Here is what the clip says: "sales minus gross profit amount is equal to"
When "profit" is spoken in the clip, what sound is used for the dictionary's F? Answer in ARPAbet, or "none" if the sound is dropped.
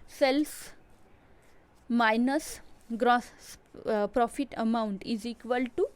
F